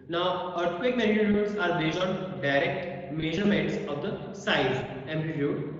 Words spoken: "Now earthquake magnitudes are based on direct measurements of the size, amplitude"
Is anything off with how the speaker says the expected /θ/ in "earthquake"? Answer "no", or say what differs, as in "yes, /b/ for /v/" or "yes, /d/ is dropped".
yes, /t/ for /θ/